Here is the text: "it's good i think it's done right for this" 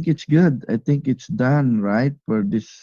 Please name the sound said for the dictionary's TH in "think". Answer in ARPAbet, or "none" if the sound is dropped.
T